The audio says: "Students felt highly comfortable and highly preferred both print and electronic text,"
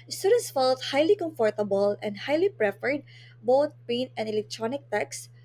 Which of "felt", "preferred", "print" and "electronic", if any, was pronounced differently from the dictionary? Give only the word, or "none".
print